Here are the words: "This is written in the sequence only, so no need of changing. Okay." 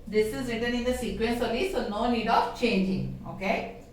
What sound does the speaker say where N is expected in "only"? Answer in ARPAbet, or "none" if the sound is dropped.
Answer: none